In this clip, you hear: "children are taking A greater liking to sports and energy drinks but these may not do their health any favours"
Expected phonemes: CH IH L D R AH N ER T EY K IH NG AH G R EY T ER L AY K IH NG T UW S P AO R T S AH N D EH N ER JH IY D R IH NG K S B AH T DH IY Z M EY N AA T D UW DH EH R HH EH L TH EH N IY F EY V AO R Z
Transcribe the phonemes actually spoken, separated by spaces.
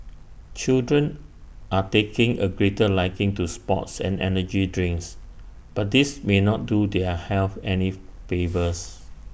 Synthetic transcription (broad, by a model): CH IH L D R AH N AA T EY K IH NG AH G R EY T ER L AY K IH NG T UW S P AO T S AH N EH N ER JH IY D R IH NG K S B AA T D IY S M EY N AA T D UW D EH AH HH EH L F EH N IY F EY V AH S